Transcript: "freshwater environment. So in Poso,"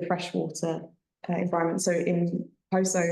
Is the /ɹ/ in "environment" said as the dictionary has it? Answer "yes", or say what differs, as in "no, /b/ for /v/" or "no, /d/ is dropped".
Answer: no, /ɹ/ is dropped